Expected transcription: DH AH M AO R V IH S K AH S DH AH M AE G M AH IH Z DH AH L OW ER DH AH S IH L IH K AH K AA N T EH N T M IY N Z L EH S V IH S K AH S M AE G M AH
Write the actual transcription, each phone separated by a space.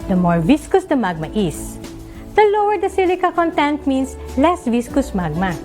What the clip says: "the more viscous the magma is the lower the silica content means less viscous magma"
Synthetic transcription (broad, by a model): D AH M AO R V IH S K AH S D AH M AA G M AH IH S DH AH L OW ER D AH S IH L IH K AH K AA N T EH N T M IY N S L EH S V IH S K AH S M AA G M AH